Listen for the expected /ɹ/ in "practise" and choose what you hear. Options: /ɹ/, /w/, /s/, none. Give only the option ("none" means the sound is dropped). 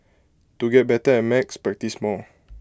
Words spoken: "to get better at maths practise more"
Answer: none